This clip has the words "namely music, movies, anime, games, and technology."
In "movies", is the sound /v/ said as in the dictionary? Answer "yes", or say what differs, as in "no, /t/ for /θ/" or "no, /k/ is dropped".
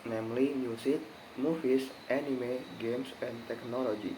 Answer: no, /f/ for /v/